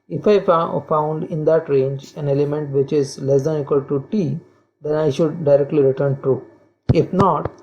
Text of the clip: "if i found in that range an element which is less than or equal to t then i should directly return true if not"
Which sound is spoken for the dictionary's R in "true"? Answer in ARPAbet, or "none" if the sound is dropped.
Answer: none